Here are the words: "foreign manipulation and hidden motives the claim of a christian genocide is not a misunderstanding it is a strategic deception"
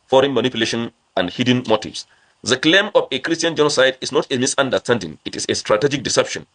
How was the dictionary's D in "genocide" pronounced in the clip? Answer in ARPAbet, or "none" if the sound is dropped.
D